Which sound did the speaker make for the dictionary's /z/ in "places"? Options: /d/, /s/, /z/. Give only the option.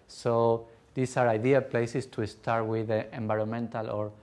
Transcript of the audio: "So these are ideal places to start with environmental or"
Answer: /s/